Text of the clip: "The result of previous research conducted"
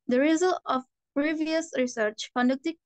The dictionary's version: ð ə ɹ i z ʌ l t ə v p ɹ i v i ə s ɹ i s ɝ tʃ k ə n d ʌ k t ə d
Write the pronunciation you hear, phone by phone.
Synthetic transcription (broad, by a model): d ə ɹ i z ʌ l ə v p ɹ i v i ə s ɹ i s ɝ tʃ k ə n d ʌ k t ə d